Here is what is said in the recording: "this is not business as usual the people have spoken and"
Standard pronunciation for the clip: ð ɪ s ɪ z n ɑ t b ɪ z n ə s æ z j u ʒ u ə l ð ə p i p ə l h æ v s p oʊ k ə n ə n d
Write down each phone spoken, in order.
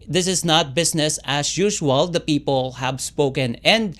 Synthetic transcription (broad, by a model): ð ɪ s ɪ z n ɑ t b ɪ s n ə s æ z j u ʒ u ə l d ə p i p ə l h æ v s p oʊ k ə n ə n d